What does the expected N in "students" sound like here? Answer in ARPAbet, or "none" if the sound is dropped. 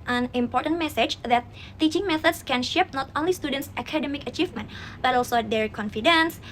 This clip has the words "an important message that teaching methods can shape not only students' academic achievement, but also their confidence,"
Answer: N